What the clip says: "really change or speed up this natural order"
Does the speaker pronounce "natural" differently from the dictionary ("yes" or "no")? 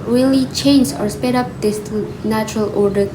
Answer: no